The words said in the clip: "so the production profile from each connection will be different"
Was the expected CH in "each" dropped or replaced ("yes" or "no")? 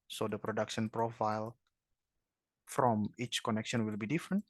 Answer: no